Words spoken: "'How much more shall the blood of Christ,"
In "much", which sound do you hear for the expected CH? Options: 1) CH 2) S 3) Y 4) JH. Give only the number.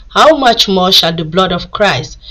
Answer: 1